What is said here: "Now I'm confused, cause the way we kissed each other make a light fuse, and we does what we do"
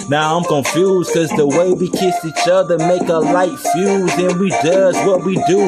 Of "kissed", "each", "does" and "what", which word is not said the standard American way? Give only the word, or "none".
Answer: kissed